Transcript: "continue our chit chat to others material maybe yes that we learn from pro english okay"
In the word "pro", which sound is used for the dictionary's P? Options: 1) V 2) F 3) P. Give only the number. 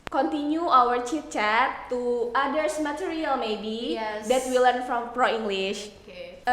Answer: 3